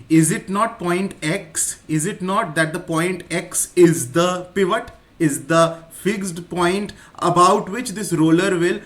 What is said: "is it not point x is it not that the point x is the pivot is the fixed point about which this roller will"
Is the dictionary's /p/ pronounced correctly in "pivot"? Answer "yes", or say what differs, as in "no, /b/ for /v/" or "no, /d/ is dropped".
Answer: yes